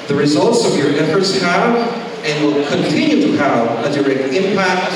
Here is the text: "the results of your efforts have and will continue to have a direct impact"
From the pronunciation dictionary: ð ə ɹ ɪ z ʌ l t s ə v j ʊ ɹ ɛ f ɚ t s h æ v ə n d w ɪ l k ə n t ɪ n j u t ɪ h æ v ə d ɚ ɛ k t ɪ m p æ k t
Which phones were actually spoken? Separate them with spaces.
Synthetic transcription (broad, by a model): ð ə ɹ ɪ z ʌ l t s ə v j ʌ ɹ ɛ f ɚ t s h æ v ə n w ɪ l k ə n t ɪ n j u t ɪ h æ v ə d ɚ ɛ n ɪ m p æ k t